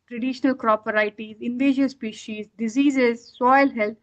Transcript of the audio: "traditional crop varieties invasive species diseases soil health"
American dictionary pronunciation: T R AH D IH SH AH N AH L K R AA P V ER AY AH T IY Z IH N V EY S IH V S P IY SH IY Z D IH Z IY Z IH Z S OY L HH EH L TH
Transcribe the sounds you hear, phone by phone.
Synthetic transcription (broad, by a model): T R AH D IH SH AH N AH L K R AA P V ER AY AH T IY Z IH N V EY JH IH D S P IY SH IY Z D IH Z IY Z IH Z S OY L HH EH L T